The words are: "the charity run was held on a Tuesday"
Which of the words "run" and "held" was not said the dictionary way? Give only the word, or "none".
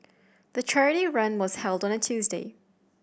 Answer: none